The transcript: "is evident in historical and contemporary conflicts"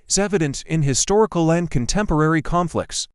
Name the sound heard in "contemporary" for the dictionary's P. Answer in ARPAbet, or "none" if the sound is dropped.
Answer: P